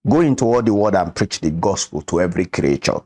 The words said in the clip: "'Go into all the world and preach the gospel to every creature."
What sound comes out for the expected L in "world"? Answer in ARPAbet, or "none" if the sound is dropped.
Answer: none